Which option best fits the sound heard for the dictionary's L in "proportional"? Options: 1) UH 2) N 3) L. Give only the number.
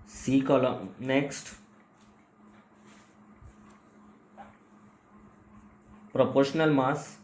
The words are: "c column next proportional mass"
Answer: 3